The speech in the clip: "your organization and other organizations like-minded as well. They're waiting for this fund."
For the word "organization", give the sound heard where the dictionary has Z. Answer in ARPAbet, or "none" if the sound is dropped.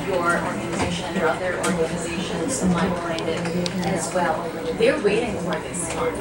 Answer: Z